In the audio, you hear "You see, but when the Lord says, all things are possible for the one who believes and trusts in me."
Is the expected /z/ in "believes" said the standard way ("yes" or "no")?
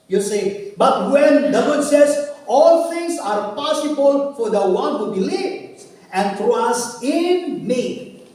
no